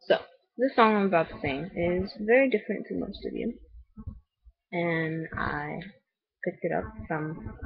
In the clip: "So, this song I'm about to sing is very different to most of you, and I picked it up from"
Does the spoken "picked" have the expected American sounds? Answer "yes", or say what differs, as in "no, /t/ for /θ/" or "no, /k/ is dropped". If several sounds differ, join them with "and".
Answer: yes